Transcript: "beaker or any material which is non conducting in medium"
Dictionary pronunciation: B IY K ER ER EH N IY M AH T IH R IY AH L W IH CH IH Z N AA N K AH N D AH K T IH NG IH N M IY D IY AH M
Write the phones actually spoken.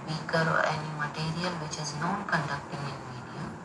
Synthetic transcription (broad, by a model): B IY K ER ER EH N IY M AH T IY R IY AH L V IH CH IH Z N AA N K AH N D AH K T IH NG IH N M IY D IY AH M